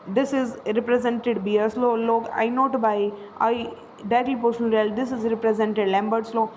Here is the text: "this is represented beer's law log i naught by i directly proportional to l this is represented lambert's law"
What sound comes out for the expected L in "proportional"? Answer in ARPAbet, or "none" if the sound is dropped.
N